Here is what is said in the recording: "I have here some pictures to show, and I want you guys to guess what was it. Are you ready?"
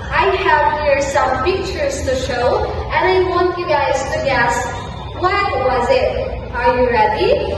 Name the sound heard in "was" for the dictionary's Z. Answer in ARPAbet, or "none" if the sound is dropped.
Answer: Z